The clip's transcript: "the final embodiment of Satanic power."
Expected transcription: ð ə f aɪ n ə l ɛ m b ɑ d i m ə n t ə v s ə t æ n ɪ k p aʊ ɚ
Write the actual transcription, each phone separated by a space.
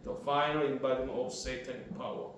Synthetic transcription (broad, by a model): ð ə f aɪ n ə l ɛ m b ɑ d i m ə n ə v s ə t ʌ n p aʊ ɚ